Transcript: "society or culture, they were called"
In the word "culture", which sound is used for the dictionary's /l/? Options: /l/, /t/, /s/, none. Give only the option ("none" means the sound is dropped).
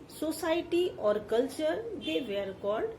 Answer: /l/